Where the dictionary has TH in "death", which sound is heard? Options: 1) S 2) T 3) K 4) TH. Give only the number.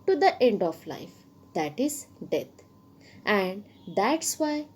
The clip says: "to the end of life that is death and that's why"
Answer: 2